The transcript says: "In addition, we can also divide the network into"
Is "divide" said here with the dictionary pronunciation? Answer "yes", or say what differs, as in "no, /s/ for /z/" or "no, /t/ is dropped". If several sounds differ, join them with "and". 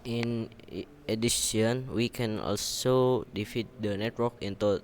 no, /f/ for /v/